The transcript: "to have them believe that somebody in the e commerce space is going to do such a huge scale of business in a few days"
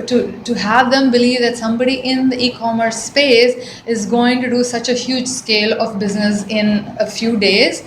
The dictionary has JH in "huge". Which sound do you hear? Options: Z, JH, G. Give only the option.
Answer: JH